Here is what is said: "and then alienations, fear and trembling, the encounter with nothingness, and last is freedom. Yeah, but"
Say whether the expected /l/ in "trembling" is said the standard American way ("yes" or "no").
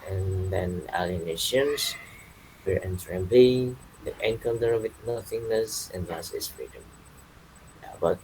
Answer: no